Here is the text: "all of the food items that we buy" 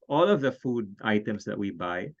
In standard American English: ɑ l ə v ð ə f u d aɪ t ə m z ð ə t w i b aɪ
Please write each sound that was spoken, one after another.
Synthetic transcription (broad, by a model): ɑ l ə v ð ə f u d aɪ t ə m s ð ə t w i b aɪ